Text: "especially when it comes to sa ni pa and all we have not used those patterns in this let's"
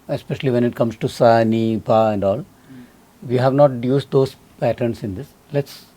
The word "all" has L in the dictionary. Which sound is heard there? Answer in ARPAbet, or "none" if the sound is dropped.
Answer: L